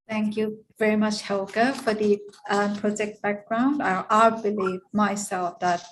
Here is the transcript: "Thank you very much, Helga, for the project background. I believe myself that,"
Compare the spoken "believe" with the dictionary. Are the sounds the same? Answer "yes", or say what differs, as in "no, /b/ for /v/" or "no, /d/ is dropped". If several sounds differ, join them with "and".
yes